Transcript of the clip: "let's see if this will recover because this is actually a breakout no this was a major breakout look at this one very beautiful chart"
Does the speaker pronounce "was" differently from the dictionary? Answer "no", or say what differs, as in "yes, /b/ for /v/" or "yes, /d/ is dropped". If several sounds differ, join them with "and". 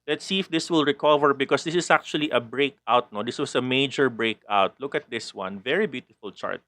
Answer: yes, /s/ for /z/